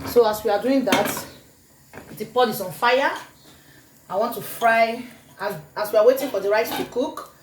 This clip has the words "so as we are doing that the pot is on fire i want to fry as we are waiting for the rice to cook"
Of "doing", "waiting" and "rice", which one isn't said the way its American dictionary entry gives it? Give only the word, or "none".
rice